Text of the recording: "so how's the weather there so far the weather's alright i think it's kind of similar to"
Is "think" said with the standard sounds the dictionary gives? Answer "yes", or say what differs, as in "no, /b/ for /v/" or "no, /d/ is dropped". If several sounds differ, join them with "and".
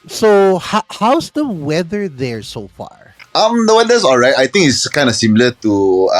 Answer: no, /t/ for /θ/